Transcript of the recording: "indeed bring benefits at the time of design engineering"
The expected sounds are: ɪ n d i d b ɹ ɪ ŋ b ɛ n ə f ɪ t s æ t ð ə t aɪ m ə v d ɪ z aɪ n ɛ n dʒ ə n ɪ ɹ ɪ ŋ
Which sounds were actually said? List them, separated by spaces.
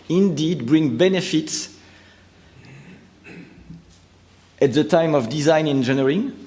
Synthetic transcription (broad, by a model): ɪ n d i d b ɹ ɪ ŋ b ɛ n ə f ɪ t s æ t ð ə t aɪ m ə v d ɪ z aɪ n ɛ n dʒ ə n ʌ ɹ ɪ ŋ